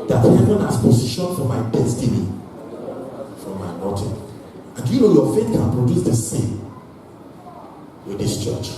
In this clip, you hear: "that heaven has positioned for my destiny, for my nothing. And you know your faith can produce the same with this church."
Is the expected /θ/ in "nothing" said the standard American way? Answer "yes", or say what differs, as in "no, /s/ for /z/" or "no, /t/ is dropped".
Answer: no, /t/ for /θ/